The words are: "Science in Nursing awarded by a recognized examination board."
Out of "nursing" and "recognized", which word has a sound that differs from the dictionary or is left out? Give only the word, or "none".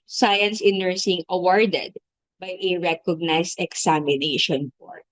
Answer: recognized